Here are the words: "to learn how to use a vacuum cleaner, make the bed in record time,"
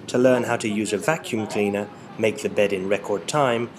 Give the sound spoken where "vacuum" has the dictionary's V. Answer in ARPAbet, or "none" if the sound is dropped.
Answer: V